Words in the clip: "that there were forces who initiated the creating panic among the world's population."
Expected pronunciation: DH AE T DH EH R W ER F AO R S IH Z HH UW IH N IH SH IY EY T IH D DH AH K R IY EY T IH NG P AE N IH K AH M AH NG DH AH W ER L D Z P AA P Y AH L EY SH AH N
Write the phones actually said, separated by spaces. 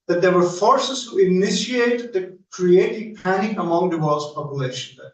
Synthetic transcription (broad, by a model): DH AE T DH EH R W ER F AO R S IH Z HH UW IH N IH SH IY EY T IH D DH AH K R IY EY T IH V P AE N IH AH M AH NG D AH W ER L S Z P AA P Y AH L EY SH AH N